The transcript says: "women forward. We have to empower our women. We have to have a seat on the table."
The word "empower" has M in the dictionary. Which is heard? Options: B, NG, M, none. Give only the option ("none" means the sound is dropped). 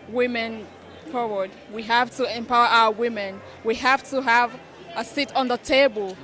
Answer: M